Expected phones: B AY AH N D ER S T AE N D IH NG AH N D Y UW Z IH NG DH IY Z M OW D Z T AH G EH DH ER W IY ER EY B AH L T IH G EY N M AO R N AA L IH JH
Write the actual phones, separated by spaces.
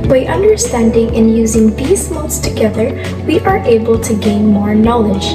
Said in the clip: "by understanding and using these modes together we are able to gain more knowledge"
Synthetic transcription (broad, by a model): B AY AH N D ER S T AE N D IH NG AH N Y UW Z IH NG DH IY Z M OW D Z T AH G EH DH ER W IY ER EY B AH L T IH G EY N M AO R N AA L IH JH